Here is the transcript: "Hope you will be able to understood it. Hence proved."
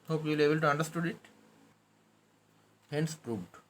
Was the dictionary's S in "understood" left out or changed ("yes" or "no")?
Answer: no